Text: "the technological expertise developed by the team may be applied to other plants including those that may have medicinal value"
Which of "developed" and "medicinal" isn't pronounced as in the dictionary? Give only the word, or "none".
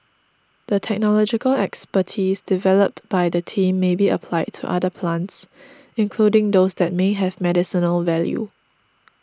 none